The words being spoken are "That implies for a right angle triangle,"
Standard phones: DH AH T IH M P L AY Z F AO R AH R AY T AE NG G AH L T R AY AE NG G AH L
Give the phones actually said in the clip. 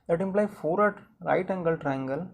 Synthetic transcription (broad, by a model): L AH T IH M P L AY F AO R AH R AY T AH NG G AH L T R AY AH NG G AH L